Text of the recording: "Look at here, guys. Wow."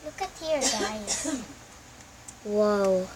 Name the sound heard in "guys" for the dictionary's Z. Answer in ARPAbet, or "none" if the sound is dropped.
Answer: none